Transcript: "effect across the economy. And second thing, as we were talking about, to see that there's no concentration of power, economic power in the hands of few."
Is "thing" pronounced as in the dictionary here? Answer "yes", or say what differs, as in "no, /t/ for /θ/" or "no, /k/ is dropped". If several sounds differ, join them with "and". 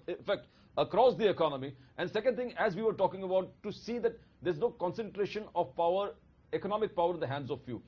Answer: no, /t/ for /θ/